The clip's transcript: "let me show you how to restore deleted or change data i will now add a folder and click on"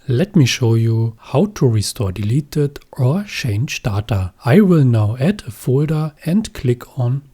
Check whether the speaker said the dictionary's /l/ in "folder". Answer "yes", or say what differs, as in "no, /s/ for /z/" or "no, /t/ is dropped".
yes